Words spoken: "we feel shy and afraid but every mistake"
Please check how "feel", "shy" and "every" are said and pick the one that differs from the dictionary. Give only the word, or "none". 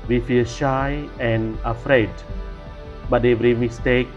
none